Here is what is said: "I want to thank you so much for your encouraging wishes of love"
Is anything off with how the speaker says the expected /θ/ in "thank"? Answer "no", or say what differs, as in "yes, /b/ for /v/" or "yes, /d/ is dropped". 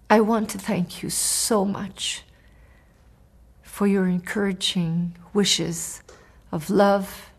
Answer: no